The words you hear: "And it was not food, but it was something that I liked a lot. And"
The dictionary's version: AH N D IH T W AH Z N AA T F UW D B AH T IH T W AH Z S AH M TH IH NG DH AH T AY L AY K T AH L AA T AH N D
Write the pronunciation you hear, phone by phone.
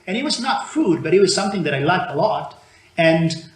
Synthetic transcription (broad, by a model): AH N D IH T W AH Z N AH T F UW D B AH T IH T W AH Z S AH M TH IH NG DH AH T AY L AY K T AH L AA T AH N